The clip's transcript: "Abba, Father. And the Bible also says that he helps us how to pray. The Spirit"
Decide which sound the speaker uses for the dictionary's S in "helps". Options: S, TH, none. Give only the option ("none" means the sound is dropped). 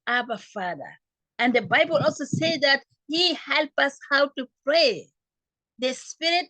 none